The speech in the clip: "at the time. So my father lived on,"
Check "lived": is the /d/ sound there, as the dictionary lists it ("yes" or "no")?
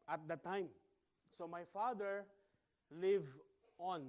no